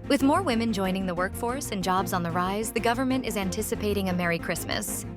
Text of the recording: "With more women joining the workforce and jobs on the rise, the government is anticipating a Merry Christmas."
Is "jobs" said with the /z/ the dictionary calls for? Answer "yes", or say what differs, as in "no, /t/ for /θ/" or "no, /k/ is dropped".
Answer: yes